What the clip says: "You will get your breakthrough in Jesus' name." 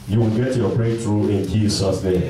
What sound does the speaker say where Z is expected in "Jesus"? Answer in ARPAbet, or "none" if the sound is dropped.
S